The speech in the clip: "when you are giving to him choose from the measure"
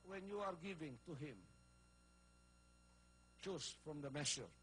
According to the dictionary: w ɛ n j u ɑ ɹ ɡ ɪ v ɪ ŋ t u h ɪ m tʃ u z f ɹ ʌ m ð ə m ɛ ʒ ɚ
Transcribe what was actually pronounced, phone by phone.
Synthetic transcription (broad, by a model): w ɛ n j u ɑ ɹ ɡ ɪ v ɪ ŋ t u h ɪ m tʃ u s f ɹ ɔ m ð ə m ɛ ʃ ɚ